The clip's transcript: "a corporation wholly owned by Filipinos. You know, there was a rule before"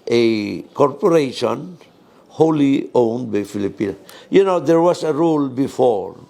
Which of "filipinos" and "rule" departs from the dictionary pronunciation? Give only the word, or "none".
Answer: filipinos